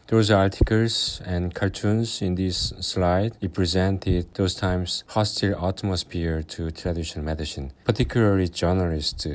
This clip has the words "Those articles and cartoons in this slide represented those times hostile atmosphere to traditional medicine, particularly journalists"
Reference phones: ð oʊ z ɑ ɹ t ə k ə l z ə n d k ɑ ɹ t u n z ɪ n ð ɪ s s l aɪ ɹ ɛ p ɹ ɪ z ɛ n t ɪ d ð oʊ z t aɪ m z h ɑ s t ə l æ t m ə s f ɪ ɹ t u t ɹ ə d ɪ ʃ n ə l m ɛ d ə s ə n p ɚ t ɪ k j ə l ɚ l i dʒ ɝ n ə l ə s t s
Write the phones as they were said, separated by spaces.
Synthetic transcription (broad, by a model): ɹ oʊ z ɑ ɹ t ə k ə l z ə n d k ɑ l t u n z ɪ n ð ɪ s s l aɪ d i p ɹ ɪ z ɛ n t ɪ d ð oʊ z t aɪ m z h ɑ s t ə l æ t m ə s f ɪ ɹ t u t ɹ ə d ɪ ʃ n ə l m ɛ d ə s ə n p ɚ t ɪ k j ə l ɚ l i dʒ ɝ n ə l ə s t